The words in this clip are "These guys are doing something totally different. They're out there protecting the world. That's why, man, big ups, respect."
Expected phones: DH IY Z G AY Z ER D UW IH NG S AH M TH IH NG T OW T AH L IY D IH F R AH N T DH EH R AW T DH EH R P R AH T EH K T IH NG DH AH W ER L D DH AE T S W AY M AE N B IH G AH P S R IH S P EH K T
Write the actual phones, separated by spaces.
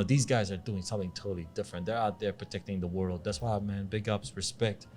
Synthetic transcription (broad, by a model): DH IY Z G AY Z ER D UW IH NG S AH M TH IH NG T OW T L IY D IH F R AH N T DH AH R AW T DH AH R P R AH T EH K T IH NG DH AH W ER L D DH AE T S W AY M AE N B IH G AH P S R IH S P EH K T